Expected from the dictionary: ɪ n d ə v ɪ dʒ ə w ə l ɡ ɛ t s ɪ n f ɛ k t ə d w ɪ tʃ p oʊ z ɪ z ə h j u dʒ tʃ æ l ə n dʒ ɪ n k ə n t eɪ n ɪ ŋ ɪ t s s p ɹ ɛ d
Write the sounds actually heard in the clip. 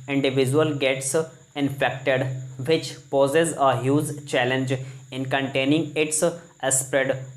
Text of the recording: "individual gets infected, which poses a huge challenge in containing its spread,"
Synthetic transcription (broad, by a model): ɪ n d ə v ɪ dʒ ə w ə l ɡ ɛ t s ɪ n f ɛ k t ə d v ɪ tʃ p oʊ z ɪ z ə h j u z tʃ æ l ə n dʒ ɪ n k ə n t eɪ n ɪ ŋ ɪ t s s p ɹ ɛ d